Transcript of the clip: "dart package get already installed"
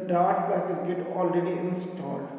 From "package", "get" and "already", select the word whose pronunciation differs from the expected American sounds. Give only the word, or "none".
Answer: package